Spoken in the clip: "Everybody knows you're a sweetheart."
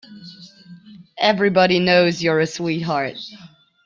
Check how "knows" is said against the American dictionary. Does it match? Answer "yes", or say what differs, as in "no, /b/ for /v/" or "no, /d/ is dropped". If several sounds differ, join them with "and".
yes